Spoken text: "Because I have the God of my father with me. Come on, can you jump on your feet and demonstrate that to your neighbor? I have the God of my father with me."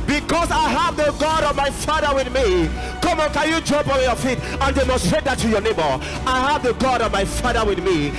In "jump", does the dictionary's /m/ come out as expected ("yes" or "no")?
no